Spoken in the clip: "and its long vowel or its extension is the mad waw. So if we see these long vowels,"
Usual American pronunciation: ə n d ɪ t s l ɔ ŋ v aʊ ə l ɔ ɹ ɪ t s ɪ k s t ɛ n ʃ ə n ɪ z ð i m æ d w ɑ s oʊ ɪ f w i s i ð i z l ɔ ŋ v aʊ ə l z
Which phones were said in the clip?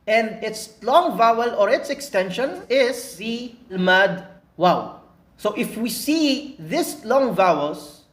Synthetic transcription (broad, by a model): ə n d ɪ t s l ɔ ŋ v aʊ ə l ɔ ɹ ɪ t s ɪ k s t ɛ n ʃ ə n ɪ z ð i m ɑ d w ɑ s oʊ ɪ f w i s i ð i s l ɔ ŋ v aʊ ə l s